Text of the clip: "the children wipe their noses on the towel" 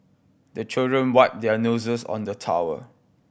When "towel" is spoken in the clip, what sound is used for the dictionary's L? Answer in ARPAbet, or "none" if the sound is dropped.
W